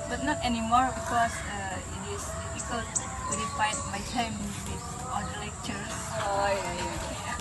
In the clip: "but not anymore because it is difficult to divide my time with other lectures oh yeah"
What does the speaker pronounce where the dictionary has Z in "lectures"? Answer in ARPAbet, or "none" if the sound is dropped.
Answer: none